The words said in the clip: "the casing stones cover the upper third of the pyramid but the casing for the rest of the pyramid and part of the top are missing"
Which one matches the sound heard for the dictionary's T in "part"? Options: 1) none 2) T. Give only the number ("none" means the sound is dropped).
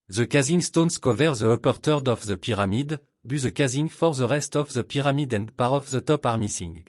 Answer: 1